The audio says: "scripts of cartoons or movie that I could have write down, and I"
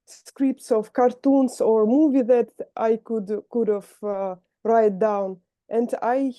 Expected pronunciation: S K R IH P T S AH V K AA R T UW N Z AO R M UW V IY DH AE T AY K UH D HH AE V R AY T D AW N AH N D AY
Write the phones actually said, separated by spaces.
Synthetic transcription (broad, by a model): S K R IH P T S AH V K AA R T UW N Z AO R M UW V IY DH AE T AY K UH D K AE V R AY T D AW N AH N D AY